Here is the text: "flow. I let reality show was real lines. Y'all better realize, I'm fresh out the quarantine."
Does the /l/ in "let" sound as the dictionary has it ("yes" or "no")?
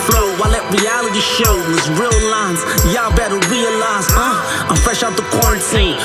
yes